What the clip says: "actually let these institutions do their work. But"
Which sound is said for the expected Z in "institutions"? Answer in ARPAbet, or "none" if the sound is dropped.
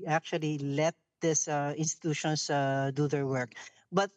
S